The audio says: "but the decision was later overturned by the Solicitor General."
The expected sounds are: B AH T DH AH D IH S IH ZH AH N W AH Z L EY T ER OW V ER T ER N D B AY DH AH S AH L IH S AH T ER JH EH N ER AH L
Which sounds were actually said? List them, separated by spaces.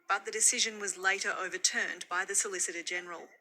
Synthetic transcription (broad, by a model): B AH T DH AH D IH S IH ZH AH N W AH Z L EY T ER OW V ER T ER N B AY DH AH S AH L IH S AH T ER JH EH N ER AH L